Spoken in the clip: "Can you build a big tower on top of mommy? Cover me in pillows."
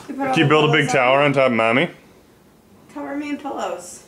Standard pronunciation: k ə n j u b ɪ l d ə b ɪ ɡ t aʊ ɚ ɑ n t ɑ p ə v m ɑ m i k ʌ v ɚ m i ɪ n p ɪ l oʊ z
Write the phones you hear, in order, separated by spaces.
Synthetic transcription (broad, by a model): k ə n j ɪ b ɪ l d ə b ɪ ɡ t aʊ ɚ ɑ n t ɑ ə p m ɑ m i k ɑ ɚ m i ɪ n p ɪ l oʊ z